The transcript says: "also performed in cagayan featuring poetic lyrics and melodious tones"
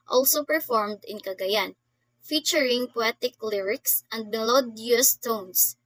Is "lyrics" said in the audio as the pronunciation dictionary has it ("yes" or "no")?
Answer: yes